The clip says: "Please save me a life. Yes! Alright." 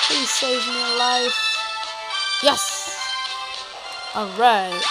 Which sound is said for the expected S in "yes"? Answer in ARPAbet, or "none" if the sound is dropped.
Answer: S